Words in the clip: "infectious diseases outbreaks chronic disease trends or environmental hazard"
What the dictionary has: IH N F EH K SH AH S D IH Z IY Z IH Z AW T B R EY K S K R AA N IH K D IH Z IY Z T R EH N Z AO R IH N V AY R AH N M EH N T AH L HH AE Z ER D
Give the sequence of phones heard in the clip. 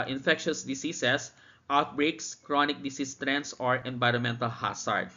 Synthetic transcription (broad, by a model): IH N F EH K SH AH S D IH S IY S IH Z AW T B R EY K S K R AA N IH K D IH S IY S T R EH N S AO R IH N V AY R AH N M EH N T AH L HH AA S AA D